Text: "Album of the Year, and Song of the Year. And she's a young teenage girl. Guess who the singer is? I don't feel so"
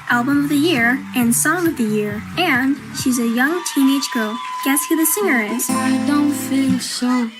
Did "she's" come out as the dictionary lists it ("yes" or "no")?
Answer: yes